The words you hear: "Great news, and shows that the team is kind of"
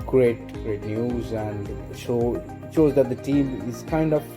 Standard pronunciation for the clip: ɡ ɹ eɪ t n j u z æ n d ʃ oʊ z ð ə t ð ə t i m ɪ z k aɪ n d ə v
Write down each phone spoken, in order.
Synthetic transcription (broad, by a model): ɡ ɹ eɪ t n j u z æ n d ʃ oʊ z ð ə t ð ə t i m ɪ z k aɪ n d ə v